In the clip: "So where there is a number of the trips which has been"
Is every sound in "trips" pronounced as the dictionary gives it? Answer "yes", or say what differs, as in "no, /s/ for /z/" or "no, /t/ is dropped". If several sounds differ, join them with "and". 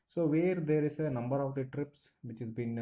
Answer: yes